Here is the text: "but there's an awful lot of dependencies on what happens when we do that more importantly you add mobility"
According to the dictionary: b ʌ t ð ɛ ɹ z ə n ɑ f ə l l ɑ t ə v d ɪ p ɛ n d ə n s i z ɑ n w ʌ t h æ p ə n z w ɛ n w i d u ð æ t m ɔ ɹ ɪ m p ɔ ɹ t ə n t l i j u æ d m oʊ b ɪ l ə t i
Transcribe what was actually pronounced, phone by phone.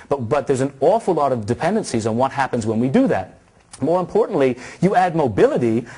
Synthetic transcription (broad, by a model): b ʌ t ð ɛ ɹ z ə n ɑ f l l ɑ t ə v d ɪ p ɛ n d ə n s i z n w ʌ t h æ p ə n z w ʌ n w i d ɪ ð æ t m ɔ ɹ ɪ m p ɔ ɹ t n t l i j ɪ æ d m oʊ b ɪ l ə t i